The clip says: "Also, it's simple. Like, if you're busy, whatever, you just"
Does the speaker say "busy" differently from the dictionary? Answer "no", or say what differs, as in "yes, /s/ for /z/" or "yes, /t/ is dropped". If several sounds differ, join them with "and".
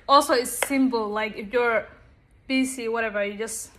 yes, /s/ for /z/